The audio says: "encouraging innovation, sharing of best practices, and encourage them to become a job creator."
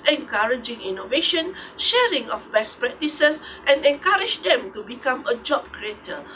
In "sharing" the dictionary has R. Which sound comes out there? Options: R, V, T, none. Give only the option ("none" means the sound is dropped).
R